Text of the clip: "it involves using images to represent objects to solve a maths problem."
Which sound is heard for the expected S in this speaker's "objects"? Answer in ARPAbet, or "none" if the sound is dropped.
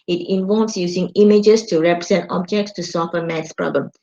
S